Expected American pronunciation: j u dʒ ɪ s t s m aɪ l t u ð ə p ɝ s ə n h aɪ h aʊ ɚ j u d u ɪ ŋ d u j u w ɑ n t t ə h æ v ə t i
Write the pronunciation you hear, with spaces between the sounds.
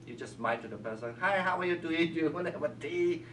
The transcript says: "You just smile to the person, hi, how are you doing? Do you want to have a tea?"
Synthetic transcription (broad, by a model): j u dʒ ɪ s s m aɪ n t u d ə p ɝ s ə n h aɪ h aʊ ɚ j u d u ɪ ŋ j u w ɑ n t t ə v ə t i